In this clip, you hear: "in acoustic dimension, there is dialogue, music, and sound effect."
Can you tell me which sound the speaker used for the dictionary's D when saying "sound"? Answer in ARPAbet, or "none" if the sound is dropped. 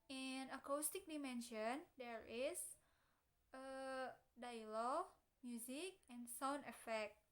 none